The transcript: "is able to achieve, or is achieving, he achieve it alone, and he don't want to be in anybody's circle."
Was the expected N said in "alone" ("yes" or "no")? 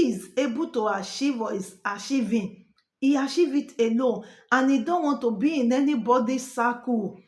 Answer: no